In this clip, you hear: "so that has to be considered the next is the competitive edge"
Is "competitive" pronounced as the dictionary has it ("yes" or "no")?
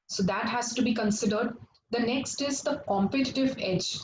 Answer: yes